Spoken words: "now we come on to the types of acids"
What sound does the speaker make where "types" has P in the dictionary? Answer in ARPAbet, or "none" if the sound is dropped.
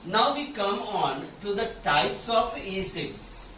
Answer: P